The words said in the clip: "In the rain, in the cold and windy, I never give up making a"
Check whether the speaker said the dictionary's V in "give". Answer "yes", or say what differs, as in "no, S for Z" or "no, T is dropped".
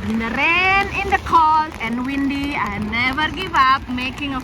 yes